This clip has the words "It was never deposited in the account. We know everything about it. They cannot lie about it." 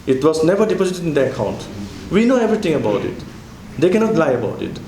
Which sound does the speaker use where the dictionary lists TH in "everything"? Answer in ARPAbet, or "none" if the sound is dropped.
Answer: T